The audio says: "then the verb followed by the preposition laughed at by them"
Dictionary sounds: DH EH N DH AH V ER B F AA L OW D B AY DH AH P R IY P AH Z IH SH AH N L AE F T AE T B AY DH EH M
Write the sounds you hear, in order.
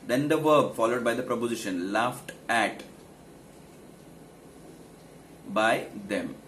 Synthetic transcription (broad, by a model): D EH N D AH V ER B F AA L OW D B AY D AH P R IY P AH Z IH SH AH N L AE F T AE T B AY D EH M